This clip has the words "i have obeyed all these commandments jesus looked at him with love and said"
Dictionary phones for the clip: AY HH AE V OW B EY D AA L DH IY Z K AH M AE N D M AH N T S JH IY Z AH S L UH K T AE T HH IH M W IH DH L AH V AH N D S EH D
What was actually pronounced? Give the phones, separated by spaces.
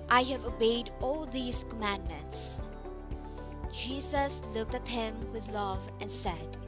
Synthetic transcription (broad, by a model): AY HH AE V OW B EY D AA L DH IY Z K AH M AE N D M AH N T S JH IY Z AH S L UH K T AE T HH IH M W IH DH L AH V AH N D S EH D